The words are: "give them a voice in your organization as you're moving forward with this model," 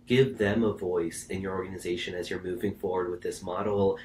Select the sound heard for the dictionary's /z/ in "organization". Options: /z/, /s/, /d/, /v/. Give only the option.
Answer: /z/